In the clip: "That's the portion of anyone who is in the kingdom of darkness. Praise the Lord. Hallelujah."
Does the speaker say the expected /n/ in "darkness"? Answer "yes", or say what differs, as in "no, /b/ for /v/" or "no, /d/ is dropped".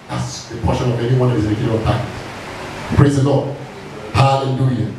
no, /n/ is dropped